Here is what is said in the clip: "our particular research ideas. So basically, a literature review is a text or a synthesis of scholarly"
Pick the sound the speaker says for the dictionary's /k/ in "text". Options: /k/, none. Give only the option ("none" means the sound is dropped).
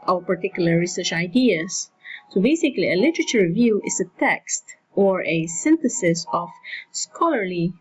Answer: /k/